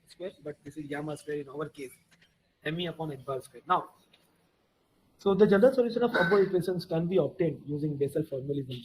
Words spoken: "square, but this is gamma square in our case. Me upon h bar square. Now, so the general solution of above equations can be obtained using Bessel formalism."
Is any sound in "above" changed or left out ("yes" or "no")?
yes